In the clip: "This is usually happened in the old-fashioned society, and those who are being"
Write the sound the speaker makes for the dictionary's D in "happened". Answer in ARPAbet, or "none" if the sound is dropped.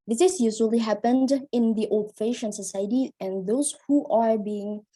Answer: D